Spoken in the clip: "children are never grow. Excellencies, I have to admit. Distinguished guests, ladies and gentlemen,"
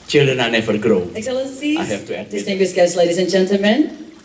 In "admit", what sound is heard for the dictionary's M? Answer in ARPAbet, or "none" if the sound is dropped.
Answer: none